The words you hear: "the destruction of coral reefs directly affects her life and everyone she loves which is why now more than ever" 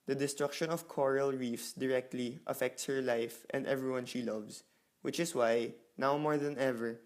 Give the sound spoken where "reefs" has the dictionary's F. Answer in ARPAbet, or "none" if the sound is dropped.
F